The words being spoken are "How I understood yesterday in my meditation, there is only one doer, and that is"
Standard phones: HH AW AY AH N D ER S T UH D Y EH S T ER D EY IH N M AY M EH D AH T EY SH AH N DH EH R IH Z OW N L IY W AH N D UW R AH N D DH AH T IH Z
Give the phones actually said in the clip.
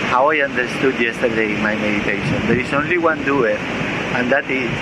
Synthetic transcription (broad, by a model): HH AW AY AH N D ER S T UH D Y EH S T ER D EY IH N M AY M EH D AH T EY SH AH N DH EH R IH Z OW N L IY W AH N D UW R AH N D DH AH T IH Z